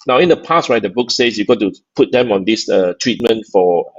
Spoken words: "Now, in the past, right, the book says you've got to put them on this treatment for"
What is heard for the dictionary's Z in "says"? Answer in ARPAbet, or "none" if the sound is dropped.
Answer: S